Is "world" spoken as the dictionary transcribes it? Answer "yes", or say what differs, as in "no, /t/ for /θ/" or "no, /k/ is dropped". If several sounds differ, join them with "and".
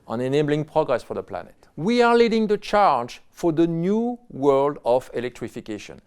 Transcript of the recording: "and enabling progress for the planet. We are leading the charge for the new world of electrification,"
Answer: yes